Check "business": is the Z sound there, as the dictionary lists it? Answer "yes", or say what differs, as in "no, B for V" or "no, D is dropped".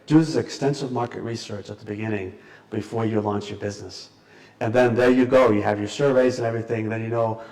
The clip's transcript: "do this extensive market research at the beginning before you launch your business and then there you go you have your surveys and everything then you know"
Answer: yes